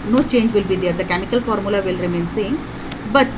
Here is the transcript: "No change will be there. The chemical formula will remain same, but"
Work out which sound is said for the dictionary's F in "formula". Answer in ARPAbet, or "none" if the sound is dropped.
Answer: F